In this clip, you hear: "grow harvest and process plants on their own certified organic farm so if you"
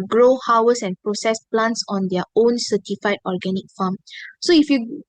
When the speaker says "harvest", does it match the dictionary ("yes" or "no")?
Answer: no